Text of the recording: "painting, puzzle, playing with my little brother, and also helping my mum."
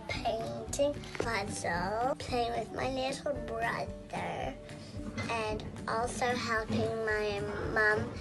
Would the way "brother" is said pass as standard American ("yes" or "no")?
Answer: yes